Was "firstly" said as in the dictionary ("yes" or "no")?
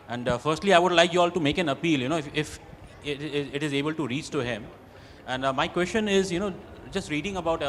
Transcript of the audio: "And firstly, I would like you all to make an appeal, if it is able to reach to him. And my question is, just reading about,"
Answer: yes